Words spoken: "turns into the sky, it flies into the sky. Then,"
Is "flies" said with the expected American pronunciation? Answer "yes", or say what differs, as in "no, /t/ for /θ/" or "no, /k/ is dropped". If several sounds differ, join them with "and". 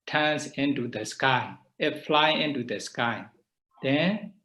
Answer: no, /z/ is dropped